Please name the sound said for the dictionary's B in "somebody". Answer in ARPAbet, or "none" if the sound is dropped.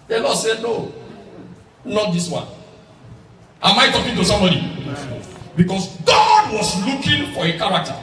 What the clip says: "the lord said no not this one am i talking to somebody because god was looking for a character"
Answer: none